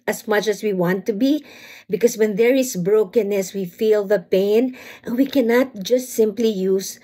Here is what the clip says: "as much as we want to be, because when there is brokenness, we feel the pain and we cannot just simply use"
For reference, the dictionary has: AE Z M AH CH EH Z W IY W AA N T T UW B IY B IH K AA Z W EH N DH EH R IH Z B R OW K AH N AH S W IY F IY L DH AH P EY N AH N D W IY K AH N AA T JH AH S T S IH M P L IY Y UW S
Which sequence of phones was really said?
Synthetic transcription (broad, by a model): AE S M AH CH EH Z W IY W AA N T T UW B IY B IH K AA S W EH N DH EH R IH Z B R OW K AH N AH S W IY F IY L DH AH P EY AH N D W IY K AH N AA T JH AH S T S IH M P L IY Y UW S